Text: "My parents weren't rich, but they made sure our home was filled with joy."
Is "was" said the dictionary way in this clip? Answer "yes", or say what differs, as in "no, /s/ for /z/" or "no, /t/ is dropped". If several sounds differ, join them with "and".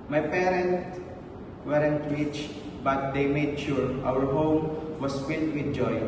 no, /s/ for /z/